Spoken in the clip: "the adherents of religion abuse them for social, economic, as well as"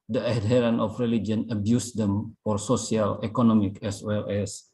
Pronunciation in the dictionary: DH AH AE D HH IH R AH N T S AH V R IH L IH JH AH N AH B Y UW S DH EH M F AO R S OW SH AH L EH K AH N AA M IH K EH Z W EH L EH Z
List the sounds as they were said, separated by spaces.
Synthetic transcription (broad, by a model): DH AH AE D HH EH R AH N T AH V R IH L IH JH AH N AH B Y UW S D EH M F AO R S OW S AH L EH K AH N AA M IH K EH S W EH L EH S